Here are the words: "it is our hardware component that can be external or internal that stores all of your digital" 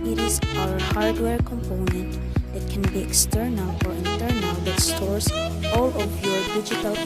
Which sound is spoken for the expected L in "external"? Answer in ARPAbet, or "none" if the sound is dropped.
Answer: L